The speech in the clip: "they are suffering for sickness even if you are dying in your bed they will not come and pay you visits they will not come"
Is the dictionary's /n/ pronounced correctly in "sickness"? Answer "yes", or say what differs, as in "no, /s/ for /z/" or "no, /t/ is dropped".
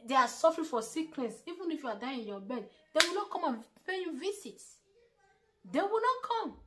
no, /l/ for /n/